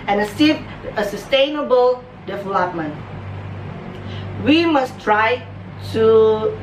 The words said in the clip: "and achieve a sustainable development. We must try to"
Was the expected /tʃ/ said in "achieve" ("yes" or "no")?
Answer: no